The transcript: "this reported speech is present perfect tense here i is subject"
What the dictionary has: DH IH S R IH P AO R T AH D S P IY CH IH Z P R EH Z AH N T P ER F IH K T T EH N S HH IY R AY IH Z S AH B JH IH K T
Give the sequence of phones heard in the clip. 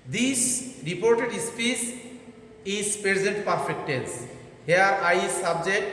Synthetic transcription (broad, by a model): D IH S R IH P AO R T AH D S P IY S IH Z P R EH Z AH N T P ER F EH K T T EH N S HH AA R AY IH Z S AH B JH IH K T